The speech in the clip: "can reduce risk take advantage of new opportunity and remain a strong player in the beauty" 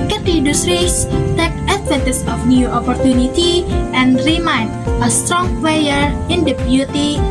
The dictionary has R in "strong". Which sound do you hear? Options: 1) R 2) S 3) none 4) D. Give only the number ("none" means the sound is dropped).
1